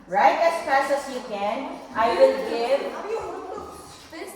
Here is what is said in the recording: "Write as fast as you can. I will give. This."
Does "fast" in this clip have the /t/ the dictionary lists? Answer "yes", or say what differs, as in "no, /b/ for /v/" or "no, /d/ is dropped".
no, /t/ is dropped